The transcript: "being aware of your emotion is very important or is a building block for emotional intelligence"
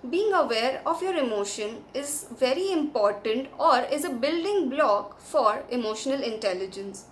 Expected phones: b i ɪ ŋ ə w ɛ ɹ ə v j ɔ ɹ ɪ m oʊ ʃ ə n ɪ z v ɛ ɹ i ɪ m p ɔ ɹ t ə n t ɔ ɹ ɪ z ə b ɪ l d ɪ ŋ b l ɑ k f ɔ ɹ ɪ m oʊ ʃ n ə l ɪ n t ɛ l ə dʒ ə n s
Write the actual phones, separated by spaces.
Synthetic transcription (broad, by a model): b i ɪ ŋ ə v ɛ ɹ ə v j ɔ ɹ ɪ m oʊ ʃ ə n ɪ z v ɛ ɹ i ɪ m p ɔ ɹ t ə n t ɔ ɹ ɪ z ə b ɪ l d ɪ ŋ b l ɑ k f ɔ ɹ ɪ m oʊ ʃ n ə l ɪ n t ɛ l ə dʒ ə n s